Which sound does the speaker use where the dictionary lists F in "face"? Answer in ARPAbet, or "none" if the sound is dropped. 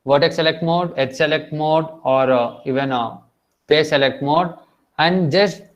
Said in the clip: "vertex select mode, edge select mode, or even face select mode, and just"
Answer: P